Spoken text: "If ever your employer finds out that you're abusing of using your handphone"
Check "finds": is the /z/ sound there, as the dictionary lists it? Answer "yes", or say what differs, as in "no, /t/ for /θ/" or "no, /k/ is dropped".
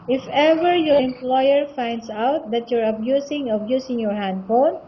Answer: no, /s/ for /z/